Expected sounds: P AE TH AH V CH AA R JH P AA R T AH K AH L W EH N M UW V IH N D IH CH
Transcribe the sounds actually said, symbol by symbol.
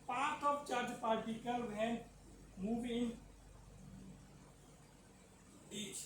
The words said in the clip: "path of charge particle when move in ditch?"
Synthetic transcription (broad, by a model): P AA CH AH P CH AA R JH P AA R T AH K AH L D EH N M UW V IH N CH